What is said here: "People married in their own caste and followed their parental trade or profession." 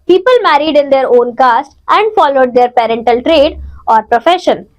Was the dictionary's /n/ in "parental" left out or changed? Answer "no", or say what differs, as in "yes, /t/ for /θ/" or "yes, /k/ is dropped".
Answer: no